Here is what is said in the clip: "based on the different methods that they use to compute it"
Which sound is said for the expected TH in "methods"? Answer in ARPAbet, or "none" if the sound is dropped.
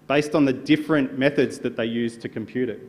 TH